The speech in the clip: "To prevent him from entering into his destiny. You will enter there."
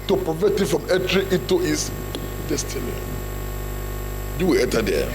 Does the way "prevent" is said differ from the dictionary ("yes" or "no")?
yes